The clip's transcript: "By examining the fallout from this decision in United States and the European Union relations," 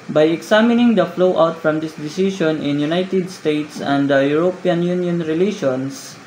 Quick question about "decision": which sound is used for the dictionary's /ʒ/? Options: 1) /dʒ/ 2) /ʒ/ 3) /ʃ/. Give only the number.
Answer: 3